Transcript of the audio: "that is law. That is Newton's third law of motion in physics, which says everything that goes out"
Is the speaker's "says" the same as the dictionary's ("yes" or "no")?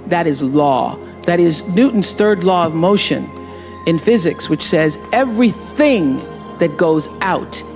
yes